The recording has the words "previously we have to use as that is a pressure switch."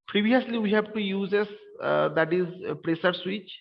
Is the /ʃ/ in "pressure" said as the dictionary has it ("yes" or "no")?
no